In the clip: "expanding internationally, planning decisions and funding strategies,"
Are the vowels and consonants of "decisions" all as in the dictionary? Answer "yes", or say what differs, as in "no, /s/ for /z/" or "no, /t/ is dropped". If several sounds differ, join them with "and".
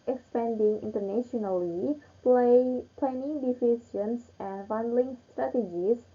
no, /s/ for /ʒ/ and /s/ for /z/